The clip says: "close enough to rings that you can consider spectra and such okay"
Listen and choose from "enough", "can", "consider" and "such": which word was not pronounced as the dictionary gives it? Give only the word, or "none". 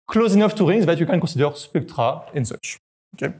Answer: consider